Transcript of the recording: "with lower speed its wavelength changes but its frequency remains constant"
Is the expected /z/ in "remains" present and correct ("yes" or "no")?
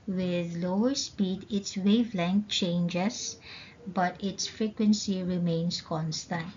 no